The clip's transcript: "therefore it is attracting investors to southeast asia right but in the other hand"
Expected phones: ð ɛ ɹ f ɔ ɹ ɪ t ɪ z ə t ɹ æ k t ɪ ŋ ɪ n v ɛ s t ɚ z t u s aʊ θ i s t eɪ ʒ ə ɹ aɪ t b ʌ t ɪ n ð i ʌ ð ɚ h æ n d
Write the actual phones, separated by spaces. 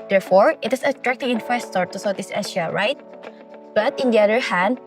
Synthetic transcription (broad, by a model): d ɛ ɹ f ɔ ɹ ɪ t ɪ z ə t ɹ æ k t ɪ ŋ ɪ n f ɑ s t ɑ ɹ t u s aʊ t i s eɪ ʃ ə ɹ aɪ t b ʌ t ɪ n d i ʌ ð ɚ h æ n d